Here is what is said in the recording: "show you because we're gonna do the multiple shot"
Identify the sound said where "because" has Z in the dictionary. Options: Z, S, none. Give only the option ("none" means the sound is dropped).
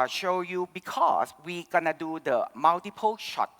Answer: S